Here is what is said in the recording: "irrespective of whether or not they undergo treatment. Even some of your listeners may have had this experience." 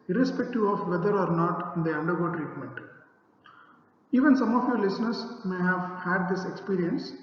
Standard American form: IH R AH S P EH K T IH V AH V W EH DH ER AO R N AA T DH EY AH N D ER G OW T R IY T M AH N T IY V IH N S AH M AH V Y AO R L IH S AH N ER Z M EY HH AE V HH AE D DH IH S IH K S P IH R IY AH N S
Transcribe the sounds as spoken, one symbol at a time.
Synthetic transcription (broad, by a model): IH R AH S P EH K T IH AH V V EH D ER AO R N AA T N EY AH N D ER G OW T R IY T M AH N T IY V IH N S AH M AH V Y AO R L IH S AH N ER S M EY HH AE V HH AE D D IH S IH K S P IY R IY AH N S